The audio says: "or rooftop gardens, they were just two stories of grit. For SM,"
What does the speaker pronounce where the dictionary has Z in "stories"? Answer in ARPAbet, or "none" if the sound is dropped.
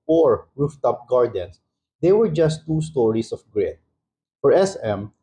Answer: S